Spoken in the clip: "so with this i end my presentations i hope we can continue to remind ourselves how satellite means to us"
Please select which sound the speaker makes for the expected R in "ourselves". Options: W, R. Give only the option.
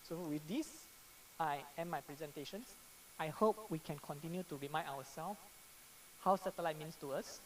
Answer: W